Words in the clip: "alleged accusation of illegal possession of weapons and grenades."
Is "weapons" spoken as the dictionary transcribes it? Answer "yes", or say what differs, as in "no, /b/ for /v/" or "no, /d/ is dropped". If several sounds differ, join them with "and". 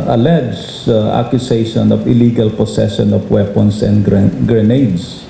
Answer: no, /s/ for /z/